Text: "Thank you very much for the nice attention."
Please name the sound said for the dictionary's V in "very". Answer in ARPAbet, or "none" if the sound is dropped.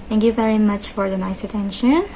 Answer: V